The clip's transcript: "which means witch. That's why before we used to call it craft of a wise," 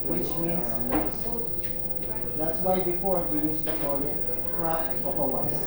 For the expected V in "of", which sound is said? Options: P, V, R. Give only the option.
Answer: P